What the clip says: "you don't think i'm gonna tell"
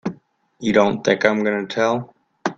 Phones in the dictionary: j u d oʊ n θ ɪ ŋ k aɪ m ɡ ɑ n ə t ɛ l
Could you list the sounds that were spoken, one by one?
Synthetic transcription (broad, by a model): j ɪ d oʊ n θ ɪ ŋ k aɪ m ɡ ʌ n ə t ɛ l